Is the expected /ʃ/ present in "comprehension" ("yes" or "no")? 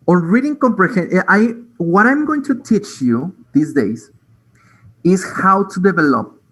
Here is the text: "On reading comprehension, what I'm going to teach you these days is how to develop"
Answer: no